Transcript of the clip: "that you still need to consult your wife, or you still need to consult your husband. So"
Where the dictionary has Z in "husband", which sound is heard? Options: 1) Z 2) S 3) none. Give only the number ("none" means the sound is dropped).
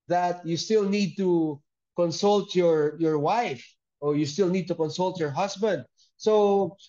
2